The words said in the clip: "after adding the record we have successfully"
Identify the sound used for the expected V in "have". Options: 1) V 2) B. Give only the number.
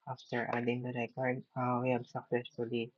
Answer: 2